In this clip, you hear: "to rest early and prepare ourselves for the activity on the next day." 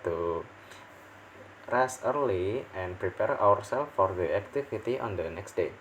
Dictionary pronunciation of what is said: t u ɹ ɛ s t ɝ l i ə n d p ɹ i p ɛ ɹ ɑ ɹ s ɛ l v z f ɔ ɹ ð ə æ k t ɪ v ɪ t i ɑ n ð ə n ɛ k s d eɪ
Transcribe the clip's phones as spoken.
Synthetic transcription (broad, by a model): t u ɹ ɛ s ɝ l i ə n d p ɹ i p ɛ ɹ ɑ ɹ s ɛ l f ɔ ɹ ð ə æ k t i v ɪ t i ɑ n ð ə n ɛ k s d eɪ